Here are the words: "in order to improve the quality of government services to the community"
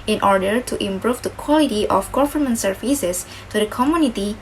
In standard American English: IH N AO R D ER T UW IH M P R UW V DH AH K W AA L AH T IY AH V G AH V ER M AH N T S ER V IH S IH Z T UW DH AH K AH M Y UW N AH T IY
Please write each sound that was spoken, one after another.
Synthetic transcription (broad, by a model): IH N AO R D ER T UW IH M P R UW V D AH K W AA L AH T IY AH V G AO F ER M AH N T S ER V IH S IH S T UW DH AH K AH M Y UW N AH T IY